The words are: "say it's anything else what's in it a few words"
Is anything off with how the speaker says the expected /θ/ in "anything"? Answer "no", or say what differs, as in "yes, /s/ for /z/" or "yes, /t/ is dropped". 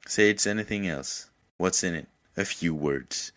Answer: no